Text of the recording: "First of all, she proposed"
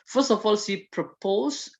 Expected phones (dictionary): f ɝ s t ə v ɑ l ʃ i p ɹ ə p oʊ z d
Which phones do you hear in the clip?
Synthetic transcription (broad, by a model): f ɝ s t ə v ɑ l s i p ɹ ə p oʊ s